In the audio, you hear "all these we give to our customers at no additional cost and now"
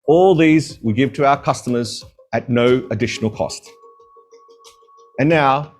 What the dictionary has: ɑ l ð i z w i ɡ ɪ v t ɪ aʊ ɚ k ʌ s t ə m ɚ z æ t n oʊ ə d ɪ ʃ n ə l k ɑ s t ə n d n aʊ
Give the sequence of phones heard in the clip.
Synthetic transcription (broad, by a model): ɑ l ð i z w i ɡ ɪ v t ɪ aʊ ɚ k ʌ s t ə m ɚ z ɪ t n oʊ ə d ɪ ʃ n l k ɑ s t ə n n aʊ